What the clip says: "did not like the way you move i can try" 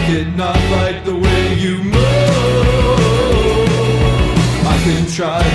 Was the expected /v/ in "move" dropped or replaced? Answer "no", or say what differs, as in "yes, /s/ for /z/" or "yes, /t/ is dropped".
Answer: yes, /v/ is dropped